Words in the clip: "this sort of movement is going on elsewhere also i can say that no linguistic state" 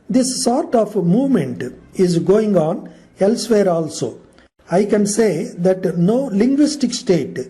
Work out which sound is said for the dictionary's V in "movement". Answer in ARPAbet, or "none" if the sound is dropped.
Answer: V